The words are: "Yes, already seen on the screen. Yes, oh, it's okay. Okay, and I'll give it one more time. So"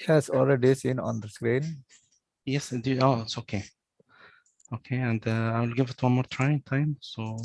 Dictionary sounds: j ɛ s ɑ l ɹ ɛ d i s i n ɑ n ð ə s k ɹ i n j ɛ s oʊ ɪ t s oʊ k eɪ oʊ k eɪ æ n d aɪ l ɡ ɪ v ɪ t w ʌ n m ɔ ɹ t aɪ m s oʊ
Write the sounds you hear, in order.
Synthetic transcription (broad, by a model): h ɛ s ɑ l ɹ ɛ d i s i n ɑ n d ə s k ɹ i n j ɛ s oʊ ɪ t s oʊ k eɪ oʊ k eɪ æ n d aɪ l ɡ ɪ v ɪ t w ʌ n m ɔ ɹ t aɪ m s oʊ